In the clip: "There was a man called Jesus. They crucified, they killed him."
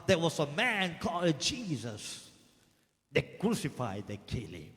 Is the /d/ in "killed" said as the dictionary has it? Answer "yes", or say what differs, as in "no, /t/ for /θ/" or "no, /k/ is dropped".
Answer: no, /d/ is dropped